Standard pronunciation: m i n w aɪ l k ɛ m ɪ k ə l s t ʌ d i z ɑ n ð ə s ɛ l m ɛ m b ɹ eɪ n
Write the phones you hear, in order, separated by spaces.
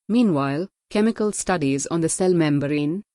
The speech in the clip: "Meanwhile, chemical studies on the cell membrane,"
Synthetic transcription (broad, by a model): m i n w aɪ l k ɛ m ɪ k ə l s t ʌ d i z ɑ n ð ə s ɛ l m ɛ m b ɹ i n